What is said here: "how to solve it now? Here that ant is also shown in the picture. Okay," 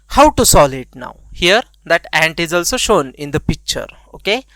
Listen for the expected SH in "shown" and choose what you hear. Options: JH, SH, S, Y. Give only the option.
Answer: SH